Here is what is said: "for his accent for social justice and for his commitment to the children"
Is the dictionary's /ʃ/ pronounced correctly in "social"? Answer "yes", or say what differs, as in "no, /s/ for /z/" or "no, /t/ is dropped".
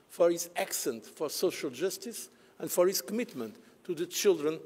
yes